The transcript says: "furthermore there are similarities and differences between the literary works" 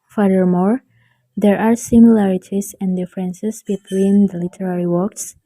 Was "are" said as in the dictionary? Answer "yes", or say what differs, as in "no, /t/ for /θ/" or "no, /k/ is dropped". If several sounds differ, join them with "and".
yes